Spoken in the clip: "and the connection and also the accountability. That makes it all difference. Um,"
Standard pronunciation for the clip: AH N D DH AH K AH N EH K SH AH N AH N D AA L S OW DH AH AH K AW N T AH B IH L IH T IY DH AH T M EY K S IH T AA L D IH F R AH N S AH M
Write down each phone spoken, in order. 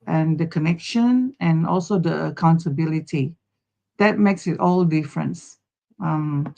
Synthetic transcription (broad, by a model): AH N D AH K AH N EH K SH AH N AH N AA L S OW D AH AH K AW N T AH B IH L IH T IY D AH T M EY K S IH T AA L D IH F R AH N S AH M